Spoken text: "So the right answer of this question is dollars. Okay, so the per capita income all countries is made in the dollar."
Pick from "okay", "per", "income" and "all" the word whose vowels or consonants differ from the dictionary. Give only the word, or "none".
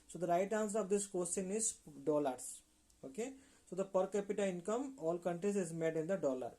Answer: none